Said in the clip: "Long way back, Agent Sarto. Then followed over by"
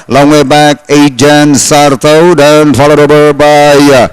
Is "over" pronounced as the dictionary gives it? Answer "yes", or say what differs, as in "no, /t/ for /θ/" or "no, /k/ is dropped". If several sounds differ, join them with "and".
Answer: no, /b/ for /v/